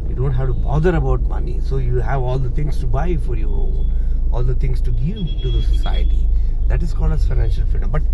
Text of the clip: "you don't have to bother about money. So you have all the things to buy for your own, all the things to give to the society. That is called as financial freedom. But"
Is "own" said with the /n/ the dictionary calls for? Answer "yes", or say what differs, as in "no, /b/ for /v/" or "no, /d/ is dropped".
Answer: no, /l/ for /n/